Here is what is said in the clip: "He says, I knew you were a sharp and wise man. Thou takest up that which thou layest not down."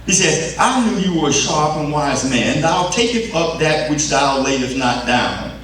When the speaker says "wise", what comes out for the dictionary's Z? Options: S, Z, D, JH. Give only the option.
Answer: Z